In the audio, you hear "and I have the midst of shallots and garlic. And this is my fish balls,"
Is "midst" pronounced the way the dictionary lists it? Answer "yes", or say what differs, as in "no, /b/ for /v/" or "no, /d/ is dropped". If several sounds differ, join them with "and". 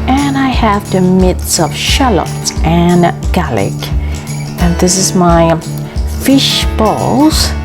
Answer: no, /t/ is dropped